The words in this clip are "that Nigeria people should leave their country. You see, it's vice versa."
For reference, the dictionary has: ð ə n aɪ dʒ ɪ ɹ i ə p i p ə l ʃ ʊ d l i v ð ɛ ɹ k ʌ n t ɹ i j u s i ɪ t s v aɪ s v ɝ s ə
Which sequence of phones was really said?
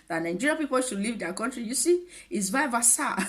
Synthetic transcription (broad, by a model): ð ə n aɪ dʒ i ɹ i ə p i p ə l ʃ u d l i v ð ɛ k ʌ n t ɹ i j u s i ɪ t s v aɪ v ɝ s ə